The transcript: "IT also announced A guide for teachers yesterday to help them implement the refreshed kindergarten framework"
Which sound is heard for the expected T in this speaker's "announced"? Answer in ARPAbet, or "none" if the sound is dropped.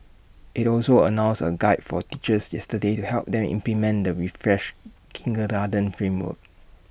none